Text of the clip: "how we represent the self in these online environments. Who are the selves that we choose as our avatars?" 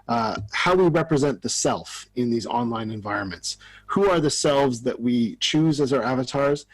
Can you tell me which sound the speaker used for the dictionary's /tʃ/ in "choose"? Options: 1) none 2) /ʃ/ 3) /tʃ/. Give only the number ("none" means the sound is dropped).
3